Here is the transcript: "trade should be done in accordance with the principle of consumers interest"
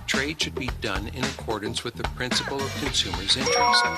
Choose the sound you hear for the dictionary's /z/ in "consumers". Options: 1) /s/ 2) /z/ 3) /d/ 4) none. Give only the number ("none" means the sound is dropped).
2